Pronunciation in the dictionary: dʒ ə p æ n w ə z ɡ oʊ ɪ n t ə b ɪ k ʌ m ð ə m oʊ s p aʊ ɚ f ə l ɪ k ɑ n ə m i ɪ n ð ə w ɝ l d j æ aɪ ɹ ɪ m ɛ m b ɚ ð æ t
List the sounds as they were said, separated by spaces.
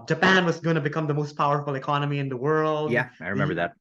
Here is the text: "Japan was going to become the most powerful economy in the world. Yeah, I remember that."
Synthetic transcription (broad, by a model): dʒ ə p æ n w ə z ɡ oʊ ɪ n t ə b ɪ k ʌ m ð ə m oʊ s p aʊ ɚ f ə l ɪ k ɑ n ə m i ɪ n ð ə w ɝ l d j æ aɪ ɹ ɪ m ɛ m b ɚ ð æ t